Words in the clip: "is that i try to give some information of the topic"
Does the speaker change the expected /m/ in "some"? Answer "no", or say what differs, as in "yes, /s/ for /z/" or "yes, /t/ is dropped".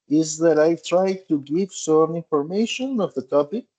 no